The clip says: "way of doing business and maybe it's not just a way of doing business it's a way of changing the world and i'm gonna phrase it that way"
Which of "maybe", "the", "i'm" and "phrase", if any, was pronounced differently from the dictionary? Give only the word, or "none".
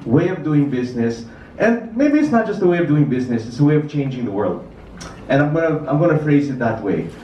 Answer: none